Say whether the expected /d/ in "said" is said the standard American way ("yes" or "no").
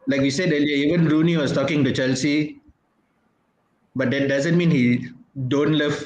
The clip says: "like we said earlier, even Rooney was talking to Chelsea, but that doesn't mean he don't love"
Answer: yes